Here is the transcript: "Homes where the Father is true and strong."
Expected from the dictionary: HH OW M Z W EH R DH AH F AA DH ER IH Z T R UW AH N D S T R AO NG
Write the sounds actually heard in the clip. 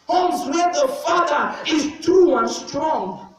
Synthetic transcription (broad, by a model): HH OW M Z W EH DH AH F AA DH ER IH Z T UW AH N S T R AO NG